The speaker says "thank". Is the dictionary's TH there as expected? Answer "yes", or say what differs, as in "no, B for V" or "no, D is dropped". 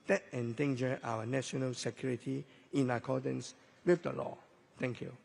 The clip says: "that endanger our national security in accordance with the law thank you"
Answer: no, T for TH